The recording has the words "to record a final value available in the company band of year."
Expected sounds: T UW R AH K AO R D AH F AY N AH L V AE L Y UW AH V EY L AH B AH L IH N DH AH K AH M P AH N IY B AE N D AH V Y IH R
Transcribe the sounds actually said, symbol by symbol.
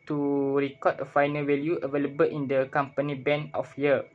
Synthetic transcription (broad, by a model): T UW R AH K AO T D AH F AY N AH L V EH L Y UW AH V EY L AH B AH L IH N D AH K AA M P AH N IY B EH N AH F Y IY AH